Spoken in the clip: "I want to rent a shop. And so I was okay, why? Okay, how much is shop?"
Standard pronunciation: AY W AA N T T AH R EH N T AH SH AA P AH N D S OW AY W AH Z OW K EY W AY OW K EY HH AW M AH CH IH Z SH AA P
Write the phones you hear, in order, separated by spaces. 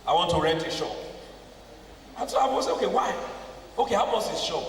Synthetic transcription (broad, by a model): AY W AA N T T AH R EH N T AH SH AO AH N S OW AY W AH S OW K EY W AY OW K EY HH AW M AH S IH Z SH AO